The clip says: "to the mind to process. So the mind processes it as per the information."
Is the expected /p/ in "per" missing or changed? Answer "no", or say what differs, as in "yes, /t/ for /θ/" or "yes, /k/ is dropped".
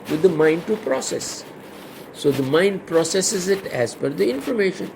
yes, /f/ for /p/